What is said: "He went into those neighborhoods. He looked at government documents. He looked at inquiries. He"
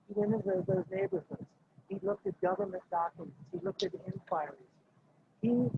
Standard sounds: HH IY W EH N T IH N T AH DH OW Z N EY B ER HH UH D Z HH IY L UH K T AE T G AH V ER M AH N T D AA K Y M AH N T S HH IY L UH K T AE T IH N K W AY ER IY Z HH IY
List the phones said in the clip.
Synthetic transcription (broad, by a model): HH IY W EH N IH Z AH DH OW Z N EY B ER HH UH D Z HH IY L UH K T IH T G AH V ER M AH N T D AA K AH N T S HH IY L UH K T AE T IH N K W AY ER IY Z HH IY